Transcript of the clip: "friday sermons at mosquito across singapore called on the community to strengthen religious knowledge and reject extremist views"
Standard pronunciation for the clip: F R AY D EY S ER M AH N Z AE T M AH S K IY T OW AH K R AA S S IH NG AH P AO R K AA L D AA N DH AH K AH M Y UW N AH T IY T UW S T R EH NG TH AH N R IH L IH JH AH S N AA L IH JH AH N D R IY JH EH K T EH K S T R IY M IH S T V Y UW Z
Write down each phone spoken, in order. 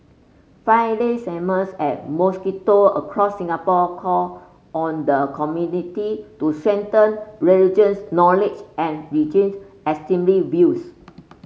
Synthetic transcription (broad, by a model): F AY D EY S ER M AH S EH T M AH S K IY T OW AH K R AA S S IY NG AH P AO K AA AA N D AH K AH M Y UW N AH T IY T UW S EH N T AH N R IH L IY JH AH S N AA L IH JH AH N R IY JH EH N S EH S T IY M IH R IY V Y UW S